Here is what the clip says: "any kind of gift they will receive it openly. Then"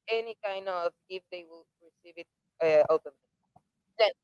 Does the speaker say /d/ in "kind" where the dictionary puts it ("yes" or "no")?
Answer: yes